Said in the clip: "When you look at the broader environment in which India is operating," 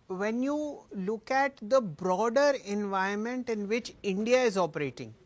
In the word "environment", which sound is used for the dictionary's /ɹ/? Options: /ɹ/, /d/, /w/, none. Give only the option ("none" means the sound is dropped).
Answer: none